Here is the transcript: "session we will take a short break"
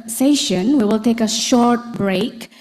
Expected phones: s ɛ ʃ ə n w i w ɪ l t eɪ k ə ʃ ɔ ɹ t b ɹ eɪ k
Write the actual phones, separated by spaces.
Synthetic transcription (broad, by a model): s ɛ ʃ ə n w i w ɪ l t eɪ k ə ʃ ɔ ɹ t b ɹ eɪ k